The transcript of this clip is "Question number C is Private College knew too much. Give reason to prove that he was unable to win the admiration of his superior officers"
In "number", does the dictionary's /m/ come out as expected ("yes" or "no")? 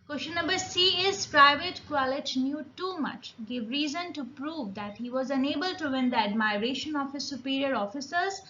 no